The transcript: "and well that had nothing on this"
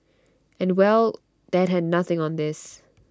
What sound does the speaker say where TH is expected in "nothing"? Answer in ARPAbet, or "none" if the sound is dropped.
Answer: TH